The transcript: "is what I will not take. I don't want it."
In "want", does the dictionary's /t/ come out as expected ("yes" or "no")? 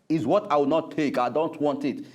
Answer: yes